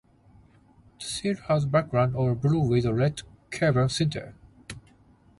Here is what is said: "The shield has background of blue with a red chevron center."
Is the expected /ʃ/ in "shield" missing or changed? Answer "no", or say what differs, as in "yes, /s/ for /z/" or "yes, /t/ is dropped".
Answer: yes, /s/ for /ʃ/